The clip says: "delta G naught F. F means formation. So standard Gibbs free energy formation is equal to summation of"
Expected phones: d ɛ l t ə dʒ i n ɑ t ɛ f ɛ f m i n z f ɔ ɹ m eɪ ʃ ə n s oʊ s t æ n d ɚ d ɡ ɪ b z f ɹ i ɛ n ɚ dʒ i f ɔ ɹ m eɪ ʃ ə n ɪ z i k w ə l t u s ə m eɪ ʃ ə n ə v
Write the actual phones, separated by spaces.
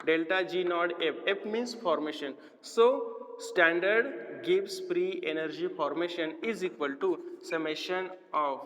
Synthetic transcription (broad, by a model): d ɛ l t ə dʒ i n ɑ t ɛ p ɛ p m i n s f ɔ ɹ m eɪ ʃ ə n s oʊ s t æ n d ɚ d ɡ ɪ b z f ɹ i ɛ n ɚ dʒ i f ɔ ɹ m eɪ ʃ ə n ɪ z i k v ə l t u s ə m eɪ ʃ ə n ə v